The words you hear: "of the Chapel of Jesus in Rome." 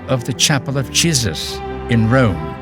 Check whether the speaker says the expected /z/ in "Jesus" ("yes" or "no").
yes